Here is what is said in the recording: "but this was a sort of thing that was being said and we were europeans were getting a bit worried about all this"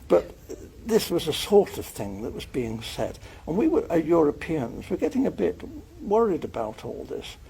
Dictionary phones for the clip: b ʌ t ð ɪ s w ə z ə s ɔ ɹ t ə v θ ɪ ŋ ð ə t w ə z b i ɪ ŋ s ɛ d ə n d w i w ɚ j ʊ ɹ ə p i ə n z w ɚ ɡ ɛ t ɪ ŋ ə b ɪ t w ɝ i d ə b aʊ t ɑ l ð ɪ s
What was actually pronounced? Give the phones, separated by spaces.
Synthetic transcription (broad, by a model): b ʌ t ð ɪ s w ə z ə s ɔ ɹ t ə v θ ɪ ŋ ð ə t w ə z b i ɪ ŋ s ɛ d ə n w i w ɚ j ʊ ɹ ə p i ə n z w ɚ ɡ ɛ t ɪ ŋ ə b ɪ t w ɝ i d ə b aʊ t ɑ l ð ɪ s